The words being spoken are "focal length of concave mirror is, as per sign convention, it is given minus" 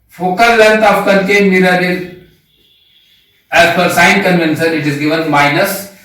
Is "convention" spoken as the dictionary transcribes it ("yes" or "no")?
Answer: no